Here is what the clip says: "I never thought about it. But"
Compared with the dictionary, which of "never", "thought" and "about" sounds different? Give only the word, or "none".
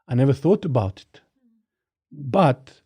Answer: none